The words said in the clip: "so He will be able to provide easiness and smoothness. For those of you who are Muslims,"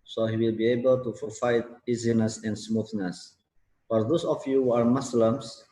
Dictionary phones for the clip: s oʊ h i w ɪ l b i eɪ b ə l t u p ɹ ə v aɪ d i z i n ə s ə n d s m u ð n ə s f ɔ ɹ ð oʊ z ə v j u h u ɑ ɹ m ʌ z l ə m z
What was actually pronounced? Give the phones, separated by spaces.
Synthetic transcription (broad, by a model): s oʊ h i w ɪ l b i eɪ b ə l t u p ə f aɪ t i z i n ə s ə n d s m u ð n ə s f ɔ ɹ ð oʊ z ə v j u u ɑ ɹ m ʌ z l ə m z